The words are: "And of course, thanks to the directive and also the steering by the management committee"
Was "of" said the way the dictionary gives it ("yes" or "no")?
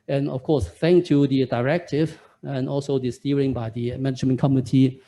no